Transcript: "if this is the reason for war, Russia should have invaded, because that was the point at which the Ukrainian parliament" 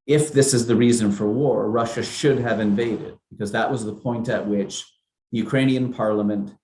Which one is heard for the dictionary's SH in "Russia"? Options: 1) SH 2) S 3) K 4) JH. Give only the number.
1